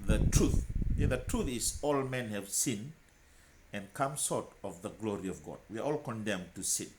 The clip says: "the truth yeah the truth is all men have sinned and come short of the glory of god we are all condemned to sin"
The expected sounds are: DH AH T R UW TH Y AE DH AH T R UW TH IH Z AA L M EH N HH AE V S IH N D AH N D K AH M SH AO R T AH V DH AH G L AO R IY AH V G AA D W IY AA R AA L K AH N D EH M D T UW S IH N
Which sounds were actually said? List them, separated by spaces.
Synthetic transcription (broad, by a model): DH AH T R UW TH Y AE DH AH T R UW TH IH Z AA L M EH N HH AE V S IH N AH N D K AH M S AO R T AH V DH AH G L AO R IY AH V G AA D W IY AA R AA L K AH N D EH M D T UW S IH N